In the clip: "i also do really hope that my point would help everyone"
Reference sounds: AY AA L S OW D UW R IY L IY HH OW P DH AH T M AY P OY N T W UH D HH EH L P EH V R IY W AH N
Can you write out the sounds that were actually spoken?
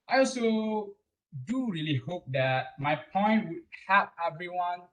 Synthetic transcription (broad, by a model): AY AA L S OW D UW R IY L IY HH OW P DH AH T M AY P OY N T W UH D HH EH P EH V R IY W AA N